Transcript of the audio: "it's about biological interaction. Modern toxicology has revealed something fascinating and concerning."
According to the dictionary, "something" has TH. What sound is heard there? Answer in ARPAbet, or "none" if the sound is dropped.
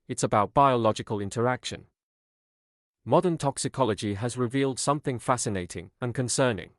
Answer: TH